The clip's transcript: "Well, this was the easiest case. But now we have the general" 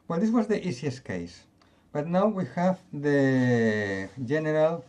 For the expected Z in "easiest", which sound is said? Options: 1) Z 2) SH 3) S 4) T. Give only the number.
3